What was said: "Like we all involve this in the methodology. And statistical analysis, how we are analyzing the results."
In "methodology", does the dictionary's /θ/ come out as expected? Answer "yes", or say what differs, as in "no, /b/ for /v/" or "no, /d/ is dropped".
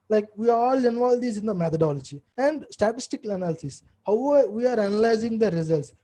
no, /t/ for /θ/